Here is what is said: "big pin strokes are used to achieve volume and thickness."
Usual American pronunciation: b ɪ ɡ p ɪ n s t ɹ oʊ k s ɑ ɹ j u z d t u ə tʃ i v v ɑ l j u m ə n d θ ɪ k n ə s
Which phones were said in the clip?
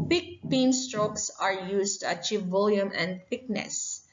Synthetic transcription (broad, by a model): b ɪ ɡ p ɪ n s t ɹ oʊ k s ɑ ɹ j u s t u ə tʃ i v v ɑ l j u m ə n d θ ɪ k n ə s